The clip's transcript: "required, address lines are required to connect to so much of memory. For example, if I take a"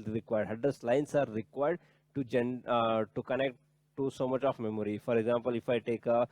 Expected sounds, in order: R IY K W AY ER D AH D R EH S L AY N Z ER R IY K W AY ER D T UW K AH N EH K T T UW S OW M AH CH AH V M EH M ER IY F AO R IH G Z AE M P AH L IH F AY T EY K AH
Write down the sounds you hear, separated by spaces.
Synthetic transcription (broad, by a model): R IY K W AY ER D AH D AH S L AY N S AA R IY K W AY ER D T UW K AH N EH K T T UW S OW M AH CH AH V M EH M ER IY F AO R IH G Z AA M P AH L IH F AY T EY K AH